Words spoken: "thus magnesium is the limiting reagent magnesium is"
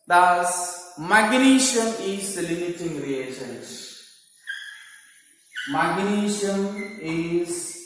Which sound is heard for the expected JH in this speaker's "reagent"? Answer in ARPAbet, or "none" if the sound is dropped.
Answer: SH